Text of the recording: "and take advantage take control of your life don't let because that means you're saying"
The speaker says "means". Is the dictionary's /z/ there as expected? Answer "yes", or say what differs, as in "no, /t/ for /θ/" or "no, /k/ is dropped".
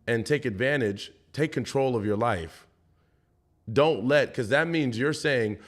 yes